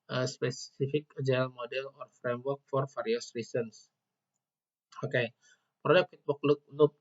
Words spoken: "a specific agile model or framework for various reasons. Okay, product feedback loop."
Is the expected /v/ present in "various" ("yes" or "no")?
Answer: no